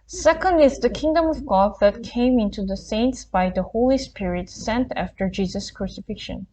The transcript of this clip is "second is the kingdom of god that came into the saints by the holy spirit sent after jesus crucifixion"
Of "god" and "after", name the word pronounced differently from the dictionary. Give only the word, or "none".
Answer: none